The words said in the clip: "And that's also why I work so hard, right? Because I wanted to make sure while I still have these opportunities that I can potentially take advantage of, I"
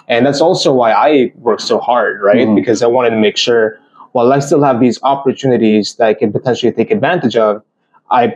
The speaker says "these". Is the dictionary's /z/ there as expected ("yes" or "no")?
yes